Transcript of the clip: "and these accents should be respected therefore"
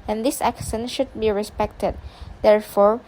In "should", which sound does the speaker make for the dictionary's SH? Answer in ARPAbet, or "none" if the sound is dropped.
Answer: SH